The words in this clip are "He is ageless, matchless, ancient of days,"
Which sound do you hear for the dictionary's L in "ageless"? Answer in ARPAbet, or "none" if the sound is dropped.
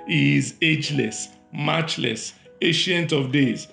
L